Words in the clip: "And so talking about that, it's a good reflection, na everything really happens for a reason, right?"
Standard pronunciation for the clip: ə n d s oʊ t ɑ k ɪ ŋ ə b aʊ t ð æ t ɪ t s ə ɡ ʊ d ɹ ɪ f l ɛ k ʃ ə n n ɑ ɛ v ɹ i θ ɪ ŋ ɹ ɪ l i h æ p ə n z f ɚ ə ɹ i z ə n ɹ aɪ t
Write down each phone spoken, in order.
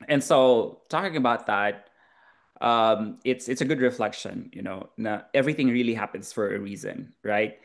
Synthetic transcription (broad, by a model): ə n s oʊ t ɑ k ɪ ŋ ə b aʊ t ð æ t ɪ t s ə ɡ ʊ d ɹ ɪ f l ɛ k ʃ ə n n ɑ ɛ v ɹ i θ ɪ ŋ ɹ ɪ l i h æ p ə n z f ɚ ə ɹ i z ə n ɹ aɪ t